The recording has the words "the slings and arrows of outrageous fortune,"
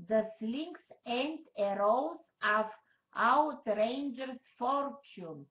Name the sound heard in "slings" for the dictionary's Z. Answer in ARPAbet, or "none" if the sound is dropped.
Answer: S